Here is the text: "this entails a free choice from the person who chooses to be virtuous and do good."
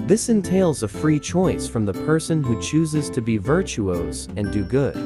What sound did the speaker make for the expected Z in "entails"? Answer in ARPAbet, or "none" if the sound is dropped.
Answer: Z